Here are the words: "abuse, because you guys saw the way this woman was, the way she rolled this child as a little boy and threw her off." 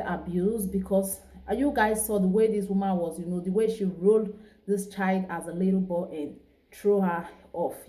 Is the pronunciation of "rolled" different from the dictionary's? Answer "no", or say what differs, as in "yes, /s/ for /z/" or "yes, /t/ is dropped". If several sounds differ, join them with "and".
no